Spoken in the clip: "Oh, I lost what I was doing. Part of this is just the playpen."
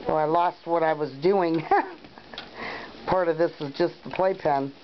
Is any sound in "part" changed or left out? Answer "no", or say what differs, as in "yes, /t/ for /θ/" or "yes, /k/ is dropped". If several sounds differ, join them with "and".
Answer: no